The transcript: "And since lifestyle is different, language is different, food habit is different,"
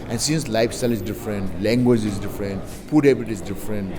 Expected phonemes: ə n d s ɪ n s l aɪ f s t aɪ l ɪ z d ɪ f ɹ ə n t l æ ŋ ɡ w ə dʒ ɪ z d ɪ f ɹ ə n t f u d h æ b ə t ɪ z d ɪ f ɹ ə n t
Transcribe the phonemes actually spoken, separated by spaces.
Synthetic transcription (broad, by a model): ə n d s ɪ n s l aɪ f s t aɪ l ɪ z d ɪ f ɹ ə n t l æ ŋ ɡ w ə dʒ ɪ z d ɪ f ɹ ə n t p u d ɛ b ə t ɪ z d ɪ f ɹ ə n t